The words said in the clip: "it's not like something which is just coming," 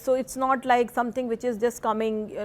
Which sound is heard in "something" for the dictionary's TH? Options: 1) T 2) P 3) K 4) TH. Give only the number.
1